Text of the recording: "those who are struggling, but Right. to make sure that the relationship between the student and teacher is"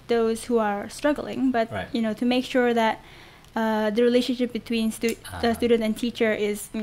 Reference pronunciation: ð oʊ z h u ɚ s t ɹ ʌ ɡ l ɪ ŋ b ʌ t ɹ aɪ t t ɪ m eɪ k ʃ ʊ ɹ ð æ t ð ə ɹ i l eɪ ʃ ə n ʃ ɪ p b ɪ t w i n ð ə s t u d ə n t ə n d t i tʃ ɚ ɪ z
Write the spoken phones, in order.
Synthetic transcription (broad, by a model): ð oʊ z h u ɚ s t ɹ ʌ ɡ l ɪ ŋ b ʌ t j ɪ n t ɪ m eɪ k ʃ ʊ ɹ ð æ t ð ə ɹ i l eɪ ʃ ə n ʃ ɪ p b ɪ t w i n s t s t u d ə n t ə n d t i tʃ ɚ ɪ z